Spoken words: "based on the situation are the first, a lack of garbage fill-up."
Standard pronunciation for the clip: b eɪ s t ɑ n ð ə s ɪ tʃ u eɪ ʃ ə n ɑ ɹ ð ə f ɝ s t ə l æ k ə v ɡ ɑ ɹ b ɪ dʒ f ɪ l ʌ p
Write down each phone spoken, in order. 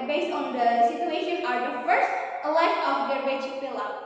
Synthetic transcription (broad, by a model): b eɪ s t ɑ n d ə s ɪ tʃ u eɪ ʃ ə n ɑ ɹ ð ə f ɝ s t ə l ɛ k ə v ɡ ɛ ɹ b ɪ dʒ p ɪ l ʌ